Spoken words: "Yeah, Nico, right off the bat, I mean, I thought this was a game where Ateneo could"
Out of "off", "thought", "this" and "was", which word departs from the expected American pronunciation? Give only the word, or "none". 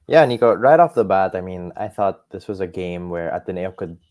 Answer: none